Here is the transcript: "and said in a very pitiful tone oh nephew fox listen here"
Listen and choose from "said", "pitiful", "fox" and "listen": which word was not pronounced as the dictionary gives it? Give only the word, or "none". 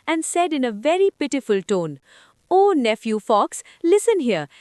none